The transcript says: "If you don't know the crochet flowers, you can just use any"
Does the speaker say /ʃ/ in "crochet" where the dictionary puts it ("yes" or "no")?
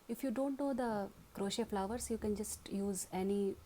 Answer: yes